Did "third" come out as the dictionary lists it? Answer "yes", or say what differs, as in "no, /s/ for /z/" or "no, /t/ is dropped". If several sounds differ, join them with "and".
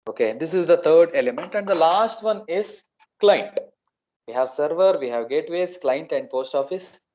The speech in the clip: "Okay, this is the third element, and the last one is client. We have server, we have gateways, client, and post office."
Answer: no, /t/ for /θ/